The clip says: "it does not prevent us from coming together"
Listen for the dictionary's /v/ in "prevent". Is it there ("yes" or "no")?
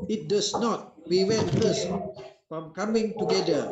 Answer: no